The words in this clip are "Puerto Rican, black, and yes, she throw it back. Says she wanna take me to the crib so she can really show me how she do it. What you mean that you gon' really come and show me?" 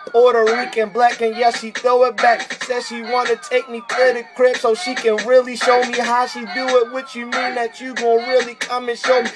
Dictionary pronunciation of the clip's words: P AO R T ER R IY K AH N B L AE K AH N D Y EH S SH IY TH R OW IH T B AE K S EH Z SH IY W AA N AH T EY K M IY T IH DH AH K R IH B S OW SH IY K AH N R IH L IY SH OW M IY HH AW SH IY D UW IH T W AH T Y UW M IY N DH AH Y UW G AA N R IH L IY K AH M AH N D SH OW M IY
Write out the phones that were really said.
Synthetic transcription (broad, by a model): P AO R T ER W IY K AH N B L AE K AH N Y EH S SH IY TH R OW IH T B AE K S EH Z SH IY W AA N AH T EY K M IY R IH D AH K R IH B S OW SH IY K AH N R IH L IY SH OW M IY HH AW SH IY D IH IH T W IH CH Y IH M IY N DH AH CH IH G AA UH R IH L IY K AH M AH N SH OW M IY